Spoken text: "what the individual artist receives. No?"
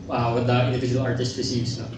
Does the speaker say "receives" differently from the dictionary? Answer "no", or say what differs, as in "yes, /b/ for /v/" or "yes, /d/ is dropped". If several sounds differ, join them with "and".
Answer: yes, /s/ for /z/